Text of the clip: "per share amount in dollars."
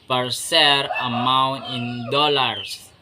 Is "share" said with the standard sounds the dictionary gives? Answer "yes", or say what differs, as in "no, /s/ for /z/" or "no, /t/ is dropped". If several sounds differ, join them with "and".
no, /s/ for /ʃ/